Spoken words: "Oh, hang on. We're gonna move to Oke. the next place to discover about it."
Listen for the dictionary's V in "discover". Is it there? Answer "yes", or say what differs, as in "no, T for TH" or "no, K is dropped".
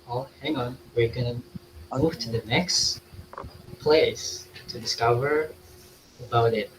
yes